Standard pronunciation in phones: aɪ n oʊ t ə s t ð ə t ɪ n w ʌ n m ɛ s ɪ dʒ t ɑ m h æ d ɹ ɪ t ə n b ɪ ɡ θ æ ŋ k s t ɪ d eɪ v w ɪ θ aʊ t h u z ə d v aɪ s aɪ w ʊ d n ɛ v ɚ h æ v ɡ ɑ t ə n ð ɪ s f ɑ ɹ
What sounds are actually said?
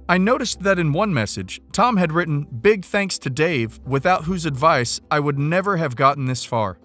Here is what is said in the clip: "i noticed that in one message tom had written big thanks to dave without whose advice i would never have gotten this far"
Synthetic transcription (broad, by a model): aɪ n oʊ t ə s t ð ə t ɪ n w ʌ n m ɛ s ɪ dʒ t ɑ m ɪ d ɹ ɪ t n b ɪ ɡ θ æ ŋ k s t ɪ d eɪ v w ɪ θ aʊ t h u z ə d v aɪ s aɪ w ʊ d n ɛ v ɚ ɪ v ɡ ɑ t n ð ɪ s f ɑ ɹ